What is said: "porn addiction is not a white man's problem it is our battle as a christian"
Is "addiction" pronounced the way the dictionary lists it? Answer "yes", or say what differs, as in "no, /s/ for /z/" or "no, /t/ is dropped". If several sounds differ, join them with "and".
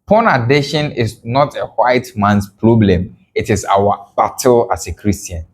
no, /k/ is dropped